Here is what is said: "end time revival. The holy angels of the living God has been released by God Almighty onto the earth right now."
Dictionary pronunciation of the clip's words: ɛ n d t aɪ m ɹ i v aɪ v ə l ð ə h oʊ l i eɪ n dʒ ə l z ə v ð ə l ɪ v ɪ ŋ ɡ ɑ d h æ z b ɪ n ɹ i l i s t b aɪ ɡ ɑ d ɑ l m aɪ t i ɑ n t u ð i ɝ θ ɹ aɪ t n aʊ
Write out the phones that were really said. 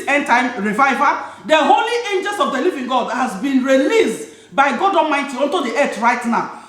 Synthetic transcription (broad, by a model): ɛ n t aɪ m ɹ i v aɪ v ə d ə h oʊ l i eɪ n dʒ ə l s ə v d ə l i v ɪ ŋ ɡ ɑ d h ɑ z b ɪ n ɹ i l i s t b aɪ ɡ ɑ d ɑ m aɪ t i ɑ n t u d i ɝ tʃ ɹ aɪ t n aʊ